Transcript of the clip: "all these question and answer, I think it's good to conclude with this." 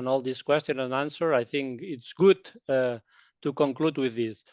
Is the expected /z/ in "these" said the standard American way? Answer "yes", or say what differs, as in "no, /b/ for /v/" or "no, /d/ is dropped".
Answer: no, /s/ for /z/